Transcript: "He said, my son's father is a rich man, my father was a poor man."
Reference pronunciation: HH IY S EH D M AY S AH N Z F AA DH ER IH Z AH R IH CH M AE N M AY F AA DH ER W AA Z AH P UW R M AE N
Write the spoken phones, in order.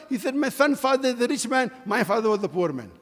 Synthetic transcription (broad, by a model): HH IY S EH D M AY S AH N F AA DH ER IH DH AH R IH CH M AE N M AY F AA DH ER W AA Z AH P UW R M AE N